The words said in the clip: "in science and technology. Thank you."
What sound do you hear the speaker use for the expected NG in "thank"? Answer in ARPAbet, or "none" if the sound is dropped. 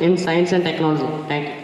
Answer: none